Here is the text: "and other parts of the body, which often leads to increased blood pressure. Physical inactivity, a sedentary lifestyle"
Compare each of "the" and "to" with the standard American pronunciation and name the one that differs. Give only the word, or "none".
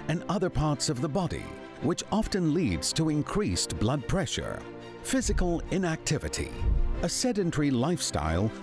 none